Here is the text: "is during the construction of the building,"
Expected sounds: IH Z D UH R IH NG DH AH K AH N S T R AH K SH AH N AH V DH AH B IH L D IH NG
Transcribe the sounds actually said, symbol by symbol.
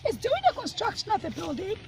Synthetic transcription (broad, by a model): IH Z D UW IH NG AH K AH N S T R AH K SH AH N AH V DH AH B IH L D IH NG